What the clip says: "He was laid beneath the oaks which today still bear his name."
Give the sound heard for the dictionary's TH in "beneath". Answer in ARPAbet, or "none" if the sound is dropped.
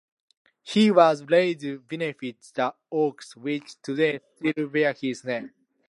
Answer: T